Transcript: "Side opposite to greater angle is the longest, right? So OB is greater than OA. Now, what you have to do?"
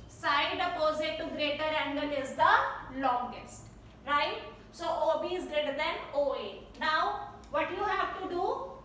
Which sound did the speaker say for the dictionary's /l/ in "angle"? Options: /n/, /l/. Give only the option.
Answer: /n/